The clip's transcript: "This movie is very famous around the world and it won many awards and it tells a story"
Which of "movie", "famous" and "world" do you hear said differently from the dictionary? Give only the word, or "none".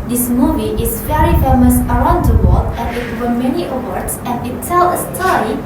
world